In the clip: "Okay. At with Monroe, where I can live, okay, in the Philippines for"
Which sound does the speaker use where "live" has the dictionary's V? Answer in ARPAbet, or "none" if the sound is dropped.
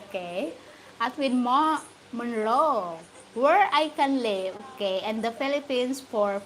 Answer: none